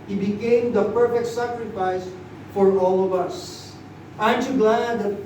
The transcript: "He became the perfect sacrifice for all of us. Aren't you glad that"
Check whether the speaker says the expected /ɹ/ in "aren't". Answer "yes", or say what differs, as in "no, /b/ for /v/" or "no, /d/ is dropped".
no, /ɹ/ is dropped